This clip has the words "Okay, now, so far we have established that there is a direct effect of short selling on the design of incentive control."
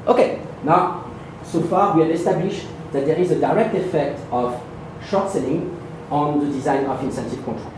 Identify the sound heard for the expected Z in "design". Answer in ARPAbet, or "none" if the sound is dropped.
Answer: Z